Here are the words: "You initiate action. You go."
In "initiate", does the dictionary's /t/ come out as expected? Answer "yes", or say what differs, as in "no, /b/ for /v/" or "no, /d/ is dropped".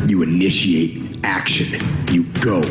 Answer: yes